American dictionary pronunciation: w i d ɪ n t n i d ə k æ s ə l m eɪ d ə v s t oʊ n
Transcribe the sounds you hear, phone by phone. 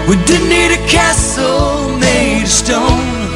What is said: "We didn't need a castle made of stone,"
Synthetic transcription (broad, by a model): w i d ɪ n n i d ə k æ s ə l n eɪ ə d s t oʊ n